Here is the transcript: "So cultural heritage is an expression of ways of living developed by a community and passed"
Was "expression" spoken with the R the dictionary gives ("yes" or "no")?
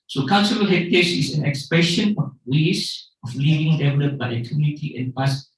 no